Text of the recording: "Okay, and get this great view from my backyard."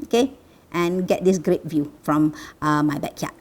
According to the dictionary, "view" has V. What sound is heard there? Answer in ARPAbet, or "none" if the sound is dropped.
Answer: V